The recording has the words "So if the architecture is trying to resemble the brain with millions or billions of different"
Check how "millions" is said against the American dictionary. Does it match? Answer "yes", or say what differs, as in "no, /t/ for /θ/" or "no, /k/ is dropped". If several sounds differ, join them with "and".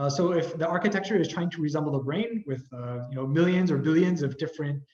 yes